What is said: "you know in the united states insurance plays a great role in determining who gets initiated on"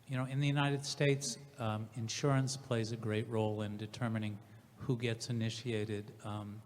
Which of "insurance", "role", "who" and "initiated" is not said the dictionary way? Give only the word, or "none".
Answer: none